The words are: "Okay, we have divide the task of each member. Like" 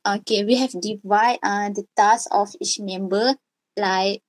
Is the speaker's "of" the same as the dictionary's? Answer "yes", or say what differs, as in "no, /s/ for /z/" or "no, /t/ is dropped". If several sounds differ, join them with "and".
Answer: no, /f/ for /v/